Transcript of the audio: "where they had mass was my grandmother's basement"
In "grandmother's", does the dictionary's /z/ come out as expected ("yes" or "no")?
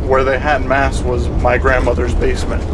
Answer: yes